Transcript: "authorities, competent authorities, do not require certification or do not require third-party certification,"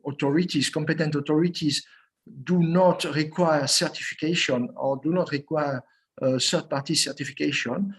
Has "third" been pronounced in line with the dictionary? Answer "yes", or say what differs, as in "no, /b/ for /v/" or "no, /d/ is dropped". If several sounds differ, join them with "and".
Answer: no, /s/ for /θ/